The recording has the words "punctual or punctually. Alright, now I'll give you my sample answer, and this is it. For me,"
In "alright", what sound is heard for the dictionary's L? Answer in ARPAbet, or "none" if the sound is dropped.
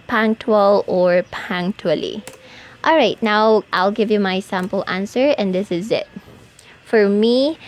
L